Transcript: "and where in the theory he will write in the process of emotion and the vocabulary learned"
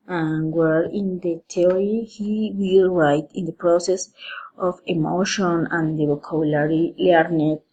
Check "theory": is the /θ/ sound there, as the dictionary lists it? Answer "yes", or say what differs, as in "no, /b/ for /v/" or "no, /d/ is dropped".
no, /t/ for /θ/